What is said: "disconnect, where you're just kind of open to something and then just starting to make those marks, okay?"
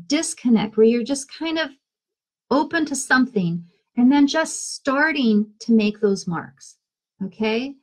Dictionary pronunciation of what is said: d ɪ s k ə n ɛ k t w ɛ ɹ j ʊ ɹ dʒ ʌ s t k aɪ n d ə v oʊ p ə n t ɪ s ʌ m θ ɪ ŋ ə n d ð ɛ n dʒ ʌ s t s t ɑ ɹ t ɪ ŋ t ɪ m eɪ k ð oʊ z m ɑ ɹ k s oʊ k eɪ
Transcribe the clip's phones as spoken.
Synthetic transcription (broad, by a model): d ɪ s k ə n ɛ k t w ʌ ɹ j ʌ ɹ dʒ ʌ s k aɪ n d ə v oʊ p ə n t ɪ s ʌ m θ ɪ ŋ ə n ð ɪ n dʒ ʌ s t s t ɑ ɹ t ɪ ŋ t ɪ m eɪ k ð oʊ z m ɑ ɹ k s oʊ k eɪ